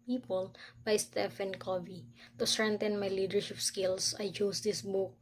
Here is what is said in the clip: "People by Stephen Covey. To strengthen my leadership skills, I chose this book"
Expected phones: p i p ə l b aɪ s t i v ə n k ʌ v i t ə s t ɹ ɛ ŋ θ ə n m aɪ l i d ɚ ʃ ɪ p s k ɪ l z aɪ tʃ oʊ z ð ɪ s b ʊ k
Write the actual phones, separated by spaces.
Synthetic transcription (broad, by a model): p i p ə l b aɪ s t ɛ f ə n k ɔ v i t ə s t ɹ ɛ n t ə n m aɪ l i d ɚ ʃ ɪ p s k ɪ l s aɪ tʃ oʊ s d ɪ s b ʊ k